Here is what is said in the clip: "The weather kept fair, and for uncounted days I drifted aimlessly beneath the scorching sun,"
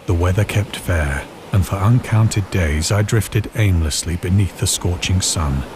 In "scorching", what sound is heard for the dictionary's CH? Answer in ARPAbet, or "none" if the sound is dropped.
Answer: CH